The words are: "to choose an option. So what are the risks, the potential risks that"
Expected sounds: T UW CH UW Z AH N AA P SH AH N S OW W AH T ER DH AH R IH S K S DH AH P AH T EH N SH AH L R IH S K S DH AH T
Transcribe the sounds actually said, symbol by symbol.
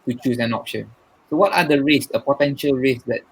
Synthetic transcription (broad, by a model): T UW CH UW S AH N AA P SH AH N S OW W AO T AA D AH R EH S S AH P AH T EH N SH AH L R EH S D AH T